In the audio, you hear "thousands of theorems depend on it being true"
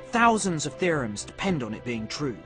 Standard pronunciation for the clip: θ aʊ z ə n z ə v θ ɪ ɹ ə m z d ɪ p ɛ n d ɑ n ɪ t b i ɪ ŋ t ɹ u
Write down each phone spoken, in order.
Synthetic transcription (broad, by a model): θ aʊ z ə n z ə v θ ɪ ɹ ə m z d ɪ p ɛ n d n ɪ t b i ɪ ŋ t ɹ u